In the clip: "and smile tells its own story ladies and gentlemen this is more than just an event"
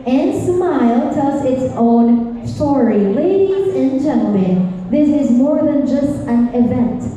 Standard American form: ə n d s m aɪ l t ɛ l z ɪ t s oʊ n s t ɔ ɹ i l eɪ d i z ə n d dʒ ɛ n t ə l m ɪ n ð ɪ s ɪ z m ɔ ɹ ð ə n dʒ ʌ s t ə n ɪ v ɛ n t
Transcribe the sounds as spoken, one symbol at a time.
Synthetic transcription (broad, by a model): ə n s m aɪ l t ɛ z ɪ t s oʊ n s t ɔ ɹ i l eɪ d i z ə n dʒ ɛ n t l m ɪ n ð ɪ s ɪ z m ɔ ɹ ð ə n dʒ ʌ s t ə n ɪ v ɛ n t